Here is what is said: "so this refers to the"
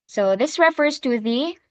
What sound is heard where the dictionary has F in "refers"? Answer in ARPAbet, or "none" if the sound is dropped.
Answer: F